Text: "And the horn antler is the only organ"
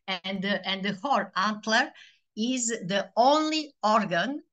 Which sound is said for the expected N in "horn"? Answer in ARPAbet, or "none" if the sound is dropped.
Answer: none